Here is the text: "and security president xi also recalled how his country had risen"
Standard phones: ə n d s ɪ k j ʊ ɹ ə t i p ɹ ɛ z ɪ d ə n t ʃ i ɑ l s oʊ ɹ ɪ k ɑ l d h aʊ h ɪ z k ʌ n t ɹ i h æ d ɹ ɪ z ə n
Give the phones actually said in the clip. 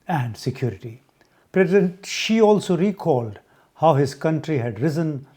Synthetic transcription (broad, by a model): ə n d s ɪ k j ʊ ɹ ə t i p ɹ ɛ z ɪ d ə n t ʃ i ɑ l s oʊ ɹ ɪ k ɑ l d h aʊ h ɪ z k ʌ n t ɹ i h æ d ɹ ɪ z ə n